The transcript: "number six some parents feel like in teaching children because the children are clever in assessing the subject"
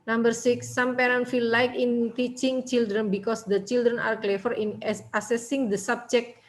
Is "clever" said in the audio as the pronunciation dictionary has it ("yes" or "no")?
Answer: no